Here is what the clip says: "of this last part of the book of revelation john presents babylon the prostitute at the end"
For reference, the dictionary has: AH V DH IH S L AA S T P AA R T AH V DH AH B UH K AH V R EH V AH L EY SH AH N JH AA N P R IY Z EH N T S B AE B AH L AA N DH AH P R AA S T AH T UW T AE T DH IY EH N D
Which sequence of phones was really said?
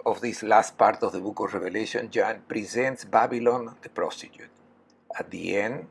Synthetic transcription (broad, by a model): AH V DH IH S L AA S T P AA R T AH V DH AH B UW K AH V R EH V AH L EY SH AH N JH AA N P R IY Z EH N T S B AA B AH L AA N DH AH P R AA S T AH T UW T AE T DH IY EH N D